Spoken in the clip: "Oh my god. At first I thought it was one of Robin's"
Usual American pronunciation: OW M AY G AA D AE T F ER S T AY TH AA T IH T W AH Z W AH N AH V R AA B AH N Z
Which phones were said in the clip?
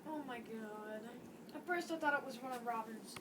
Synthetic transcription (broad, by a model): OW M AY G AA D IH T F ER S T AY TH AA T IH T W AH Z W AH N AH V R AA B AH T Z